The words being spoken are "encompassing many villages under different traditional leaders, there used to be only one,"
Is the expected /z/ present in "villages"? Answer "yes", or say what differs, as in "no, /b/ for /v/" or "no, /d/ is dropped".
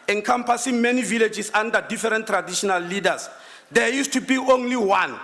no, /s/ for /z/